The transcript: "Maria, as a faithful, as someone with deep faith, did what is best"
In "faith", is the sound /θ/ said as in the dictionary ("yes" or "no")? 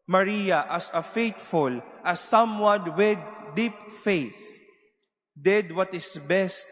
yes